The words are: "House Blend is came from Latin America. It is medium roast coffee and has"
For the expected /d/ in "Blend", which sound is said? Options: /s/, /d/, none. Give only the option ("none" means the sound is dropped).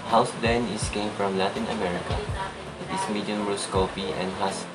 none